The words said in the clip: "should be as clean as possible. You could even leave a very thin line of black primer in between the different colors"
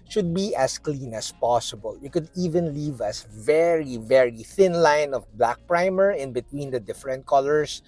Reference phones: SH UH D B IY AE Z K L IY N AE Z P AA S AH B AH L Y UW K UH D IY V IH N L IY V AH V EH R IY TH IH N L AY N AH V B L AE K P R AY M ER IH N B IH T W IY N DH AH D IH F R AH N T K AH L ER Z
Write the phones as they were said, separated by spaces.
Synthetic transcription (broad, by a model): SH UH D B IY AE S K L IY N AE S P AA S AH B AH L Y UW K UH D IY V IH N L IY V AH V EH R IY TH IH N L AY N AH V B L AE K P R AY M ER IH N B IH T W IY N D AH D IH F R AH N T K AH L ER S